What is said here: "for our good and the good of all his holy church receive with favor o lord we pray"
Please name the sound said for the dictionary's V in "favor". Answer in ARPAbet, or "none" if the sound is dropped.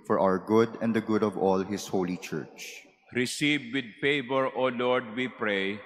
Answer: P